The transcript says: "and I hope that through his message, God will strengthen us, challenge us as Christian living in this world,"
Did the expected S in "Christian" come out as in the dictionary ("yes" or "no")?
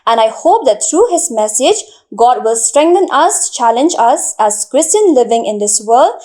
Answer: yes